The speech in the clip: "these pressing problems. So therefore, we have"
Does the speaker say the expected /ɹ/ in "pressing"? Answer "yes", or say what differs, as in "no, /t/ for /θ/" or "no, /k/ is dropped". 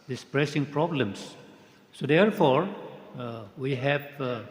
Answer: yes